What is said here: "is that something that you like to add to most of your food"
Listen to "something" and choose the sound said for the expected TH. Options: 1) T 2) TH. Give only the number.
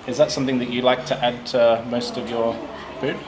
2